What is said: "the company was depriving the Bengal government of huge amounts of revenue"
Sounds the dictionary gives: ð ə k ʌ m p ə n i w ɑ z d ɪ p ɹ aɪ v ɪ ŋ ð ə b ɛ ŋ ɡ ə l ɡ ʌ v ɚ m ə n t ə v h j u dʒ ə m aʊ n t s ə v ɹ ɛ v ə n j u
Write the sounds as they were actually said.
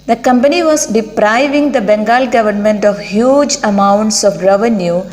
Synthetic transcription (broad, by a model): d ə k ʌ m p ə n i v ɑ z d ɪ p ɹ aɪ v ɪ ŋ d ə b ɛ ŋ ɡ ə l ɡ ʌ v ɚ m ə n t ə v h j u dʒ ə m aʊ n t s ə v ɹ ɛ v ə n j u